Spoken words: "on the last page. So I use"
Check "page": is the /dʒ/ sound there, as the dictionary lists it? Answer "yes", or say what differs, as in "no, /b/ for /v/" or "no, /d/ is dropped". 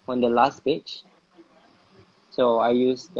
no, /tʃ/ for /dʒ/